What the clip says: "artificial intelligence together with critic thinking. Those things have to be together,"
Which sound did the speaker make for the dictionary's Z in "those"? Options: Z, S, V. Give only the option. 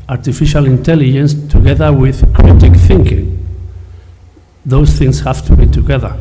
S